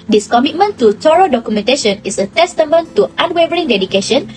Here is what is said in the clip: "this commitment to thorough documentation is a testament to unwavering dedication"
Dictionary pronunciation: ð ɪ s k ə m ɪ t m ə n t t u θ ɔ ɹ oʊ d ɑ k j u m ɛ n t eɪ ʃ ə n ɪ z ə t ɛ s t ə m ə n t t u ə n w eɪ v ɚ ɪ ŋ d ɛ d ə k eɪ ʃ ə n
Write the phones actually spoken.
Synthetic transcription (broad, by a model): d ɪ s k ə m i t m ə n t t u t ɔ ɹ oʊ d ɑ k j u m ɛ n t eɪ ʃ ə n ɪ s ə t ɛ s t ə m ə n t t u ə n w eɪ v ɚ ɪ ŋ d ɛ d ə k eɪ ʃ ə n